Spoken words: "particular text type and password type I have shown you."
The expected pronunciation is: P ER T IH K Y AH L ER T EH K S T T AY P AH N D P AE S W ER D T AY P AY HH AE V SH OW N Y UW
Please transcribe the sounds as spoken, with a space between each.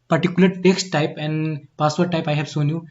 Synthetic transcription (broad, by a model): P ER T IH K Y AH L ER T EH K S T T AY P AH N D P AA S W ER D T AY P AY HH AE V S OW N Y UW